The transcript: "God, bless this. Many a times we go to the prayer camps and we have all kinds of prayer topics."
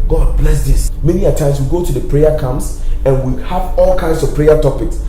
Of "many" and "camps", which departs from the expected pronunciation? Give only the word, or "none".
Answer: camps